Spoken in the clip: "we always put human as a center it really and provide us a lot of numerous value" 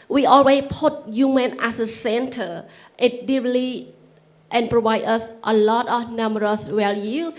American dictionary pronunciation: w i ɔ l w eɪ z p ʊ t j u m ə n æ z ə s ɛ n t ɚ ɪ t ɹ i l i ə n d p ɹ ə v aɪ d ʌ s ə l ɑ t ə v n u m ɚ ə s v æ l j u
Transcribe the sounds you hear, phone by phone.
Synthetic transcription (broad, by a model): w i ɔ l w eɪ s p ʊ t j u m ə n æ s ə s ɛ n t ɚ ɪ t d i l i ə n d p ɹ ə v aɪ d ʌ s ə l ɑ t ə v n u m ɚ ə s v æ l j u